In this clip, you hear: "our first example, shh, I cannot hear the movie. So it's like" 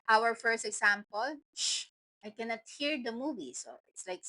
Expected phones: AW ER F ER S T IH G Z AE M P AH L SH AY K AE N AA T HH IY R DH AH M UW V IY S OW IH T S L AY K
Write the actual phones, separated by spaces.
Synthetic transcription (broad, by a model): AW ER F ER S T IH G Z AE M P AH L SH AY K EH N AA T HH IY R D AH M UW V IY S OW IH T S L AY K